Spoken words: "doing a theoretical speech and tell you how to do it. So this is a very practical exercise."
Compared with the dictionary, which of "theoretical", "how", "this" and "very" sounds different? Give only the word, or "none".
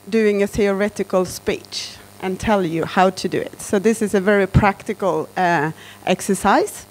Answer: none